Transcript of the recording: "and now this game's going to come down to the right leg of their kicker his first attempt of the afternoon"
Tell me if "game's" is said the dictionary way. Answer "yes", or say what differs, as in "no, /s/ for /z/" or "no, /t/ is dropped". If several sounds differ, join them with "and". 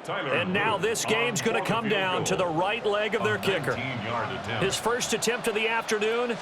yes